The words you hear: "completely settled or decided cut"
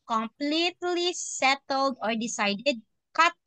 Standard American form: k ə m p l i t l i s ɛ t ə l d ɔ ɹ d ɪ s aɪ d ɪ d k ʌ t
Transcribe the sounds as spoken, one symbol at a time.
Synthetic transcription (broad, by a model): k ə m p l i t l i s ɛ t ə l d ɔ ɹ d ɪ s aɪ d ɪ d k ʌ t